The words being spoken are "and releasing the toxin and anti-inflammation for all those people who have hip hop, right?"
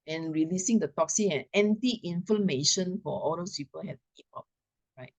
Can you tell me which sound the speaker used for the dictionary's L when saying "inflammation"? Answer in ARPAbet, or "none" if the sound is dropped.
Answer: none